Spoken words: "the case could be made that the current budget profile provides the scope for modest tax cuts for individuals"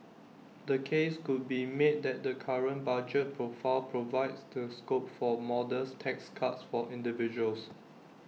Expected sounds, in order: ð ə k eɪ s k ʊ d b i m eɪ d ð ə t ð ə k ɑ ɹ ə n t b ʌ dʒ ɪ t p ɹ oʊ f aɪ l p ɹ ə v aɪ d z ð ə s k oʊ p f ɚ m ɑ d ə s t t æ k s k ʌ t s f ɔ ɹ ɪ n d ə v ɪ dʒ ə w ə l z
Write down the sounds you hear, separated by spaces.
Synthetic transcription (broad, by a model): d ə k eɪ s k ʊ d b i m eɪ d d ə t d ə k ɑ ɹ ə n b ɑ dʒ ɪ t p ɹ oʊ f aɪ l p ɹ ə v aɪ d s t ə s k oʊ p f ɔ m ɑ d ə s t t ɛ k s k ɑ t s f ɔ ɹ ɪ n d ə v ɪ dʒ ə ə l s